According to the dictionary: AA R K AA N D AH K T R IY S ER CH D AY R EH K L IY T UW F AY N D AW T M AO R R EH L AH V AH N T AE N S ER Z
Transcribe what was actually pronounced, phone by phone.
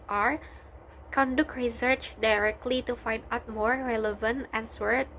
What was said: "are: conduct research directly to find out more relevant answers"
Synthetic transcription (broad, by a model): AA R K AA N D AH K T R IY S ER CH D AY R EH K L IY T UW F AY N D AW T M AO R R EH L AH V AH N T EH N S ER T